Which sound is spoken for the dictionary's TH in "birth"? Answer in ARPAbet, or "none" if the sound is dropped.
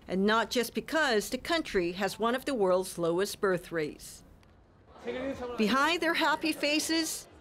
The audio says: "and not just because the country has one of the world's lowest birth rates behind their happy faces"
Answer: TH